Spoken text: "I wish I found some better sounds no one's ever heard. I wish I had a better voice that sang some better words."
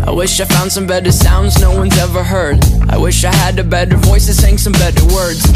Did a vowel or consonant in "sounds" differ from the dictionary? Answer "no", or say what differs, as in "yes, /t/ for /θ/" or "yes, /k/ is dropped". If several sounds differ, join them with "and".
no